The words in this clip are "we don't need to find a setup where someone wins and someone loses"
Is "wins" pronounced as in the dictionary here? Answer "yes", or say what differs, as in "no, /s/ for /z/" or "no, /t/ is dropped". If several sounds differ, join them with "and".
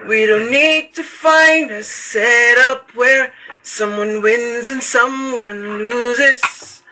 yes